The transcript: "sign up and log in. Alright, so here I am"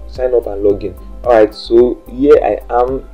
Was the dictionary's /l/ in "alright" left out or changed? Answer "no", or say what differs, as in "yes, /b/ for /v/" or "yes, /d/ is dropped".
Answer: yes, /l/ is dropped